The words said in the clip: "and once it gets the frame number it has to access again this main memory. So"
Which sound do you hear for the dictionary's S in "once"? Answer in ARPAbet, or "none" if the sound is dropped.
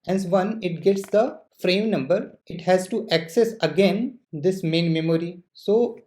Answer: none